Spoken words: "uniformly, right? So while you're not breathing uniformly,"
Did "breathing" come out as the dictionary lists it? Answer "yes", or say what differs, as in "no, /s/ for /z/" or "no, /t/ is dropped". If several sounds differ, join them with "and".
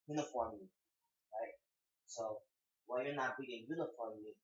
no, /ɹ/ is dropped and /ð/ is dropped